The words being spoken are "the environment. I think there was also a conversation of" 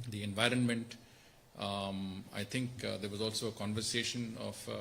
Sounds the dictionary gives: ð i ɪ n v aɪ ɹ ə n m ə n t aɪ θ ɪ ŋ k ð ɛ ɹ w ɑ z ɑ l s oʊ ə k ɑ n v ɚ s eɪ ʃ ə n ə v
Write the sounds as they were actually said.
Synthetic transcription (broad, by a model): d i ɪ n v aɪ ɹ ə n m ə n t aɪ t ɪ ŋ k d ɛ ɹ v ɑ z ɑ l s oʊ ə k ɑ n v ɚ s eɪ ʃ ə n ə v